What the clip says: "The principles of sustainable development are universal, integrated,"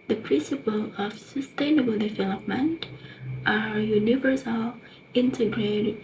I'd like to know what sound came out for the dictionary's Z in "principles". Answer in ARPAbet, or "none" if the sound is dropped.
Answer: none